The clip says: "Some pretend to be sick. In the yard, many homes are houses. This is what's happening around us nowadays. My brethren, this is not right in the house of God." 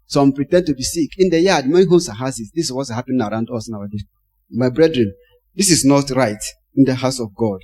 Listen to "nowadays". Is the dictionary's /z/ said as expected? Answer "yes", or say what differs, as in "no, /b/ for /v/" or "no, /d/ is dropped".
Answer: no, /z/ is dropped